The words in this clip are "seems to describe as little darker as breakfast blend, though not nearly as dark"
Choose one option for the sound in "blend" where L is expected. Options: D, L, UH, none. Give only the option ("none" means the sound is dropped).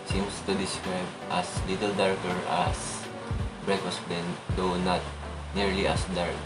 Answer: none